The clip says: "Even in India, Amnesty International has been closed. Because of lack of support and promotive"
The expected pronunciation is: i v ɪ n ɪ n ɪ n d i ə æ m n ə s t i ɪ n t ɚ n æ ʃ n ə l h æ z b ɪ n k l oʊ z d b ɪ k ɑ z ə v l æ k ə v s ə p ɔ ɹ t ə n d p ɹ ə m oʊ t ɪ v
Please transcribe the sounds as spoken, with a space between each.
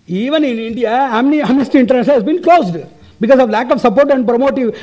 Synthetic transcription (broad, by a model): i v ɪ n ɪ n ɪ n d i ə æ m n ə s t i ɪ n t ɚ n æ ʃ ə n h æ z b ɪ n k l oʊ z d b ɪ k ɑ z ə v l æ k ə v s ə p ɔ ɹ t ə n d p ɹ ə m oʊ t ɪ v